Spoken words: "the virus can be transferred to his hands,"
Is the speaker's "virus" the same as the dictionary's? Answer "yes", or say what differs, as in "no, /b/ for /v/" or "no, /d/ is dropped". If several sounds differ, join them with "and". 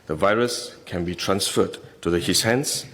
yes